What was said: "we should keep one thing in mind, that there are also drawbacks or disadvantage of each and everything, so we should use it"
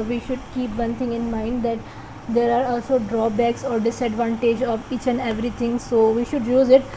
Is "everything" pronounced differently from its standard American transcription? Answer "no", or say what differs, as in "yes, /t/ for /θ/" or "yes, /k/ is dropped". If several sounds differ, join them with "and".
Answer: yes, /t/ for /θ/